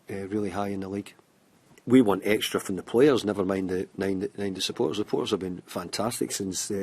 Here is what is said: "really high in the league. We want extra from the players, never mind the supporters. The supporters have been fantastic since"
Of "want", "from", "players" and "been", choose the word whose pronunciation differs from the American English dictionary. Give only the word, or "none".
none